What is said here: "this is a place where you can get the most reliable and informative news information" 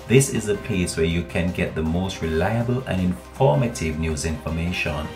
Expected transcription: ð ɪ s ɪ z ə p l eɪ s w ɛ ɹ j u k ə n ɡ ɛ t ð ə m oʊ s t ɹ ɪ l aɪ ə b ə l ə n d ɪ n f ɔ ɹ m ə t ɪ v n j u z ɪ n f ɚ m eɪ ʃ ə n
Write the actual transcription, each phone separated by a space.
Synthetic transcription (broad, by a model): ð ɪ s ɪ z ə p eɪ s w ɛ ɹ j u k ə n ɡ ɛ t ð ə m oʊ s t ɹ ɪ l aɪ ə b ə l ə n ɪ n f ɔ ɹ m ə t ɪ v n j u z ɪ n f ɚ m eɪ ʃ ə n